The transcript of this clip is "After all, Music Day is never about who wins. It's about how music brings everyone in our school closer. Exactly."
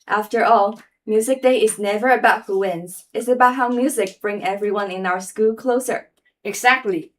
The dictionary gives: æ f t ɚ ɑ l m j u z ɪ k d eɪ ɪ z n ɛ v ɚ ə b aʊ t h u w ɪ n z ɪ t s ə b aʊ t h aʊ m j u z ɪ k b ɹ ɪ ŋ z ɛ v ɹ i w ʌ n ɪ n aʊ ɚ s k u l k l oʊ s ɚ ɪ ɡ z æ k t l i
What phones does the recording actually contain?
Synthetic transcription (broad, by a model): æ f t ɚ ɑ l m j u z ɪ k d eɪ ɪ z n ɛ v ɚ ə b aʊ t h u w ɪ n z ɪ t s ə b aʊ t h aʊ m j u z ɪ k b ɹ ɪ ŋ ɛ v ɹ i w ʌ n ɪ n aʊ ɚ s k u l k l oʊ s ɚ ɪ ɡ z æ k t l i